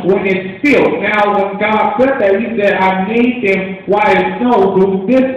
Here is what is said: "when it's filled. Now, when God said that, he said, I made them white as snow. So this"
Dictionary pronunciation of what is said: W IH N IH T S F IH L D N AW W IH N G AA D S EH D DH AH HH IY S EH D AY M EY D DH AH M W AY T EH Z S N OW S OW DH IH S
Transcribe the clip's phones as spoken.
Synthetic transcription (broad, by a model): W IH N IH T S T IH L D N AW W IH N G AA D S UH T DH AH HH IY S EH D AY M EY D DH AH M W AY IH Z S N OW TH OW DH IH S